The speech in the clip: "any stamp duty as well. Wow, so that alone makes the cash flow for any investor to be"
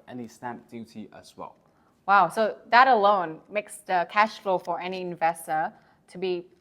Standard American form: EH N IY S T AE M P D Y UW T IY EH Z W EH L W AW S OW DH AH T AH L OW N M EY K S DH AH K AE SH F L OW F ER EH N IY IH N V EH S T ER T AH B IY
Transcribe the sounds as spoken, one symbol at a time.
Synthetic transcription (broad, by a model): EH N IY S T AE M P D Y UW T IY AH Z W EH L W AW S OW DH AH T AH L OW N M EY K S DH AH K AE SH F L OW F ER EH N IY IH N V EH S T ER T AH B IY